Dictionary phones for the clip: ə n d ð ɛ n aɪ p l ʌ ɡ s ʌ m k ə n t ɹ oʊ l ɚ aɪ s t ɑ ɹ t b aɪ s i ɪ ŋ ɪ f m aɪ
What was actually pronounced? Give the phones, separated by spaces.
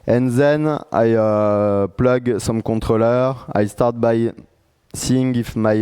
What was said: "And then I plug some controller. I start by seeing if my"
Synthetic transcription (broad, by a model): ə n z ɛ n aɪ p l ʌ ɡ s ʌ m k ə t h oʊ l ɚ aɪ s t ɑ ɹ t b aɪ s i ɪ ŋ ɪ f m aɪ